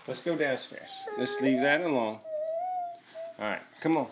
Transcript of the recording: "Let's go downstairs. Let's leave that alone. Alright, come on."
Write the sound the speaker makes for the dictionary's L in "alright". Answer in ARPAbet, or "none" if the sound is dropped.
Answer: none